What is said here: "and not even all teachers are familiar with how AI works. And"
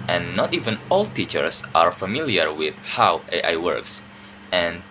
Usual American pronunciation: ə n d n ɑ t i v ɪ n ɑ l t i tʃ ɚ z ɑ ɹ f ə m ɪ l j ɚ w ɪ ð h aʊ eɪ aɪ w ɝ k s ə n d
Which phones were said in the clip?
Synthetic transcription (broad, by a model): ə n n ɑ t i v ɪ n ɑ l t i tʃ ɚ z ɑ ɹ f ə m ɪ l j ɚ w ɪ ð h aʊ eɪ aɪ w ɝ k s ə n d